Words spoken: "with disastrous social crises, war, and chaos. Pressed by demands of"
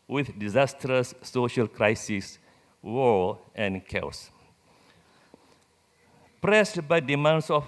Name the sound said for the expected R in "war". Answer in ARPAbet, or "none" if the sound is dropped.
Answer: L